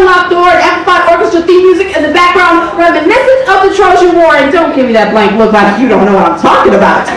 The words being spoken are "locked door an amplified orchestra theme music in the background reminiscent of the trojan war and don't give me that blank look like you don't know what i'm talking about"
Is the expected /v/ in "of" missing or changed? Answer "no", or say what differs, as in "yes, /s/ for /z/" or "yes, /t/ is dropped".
yes, /p/ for /v/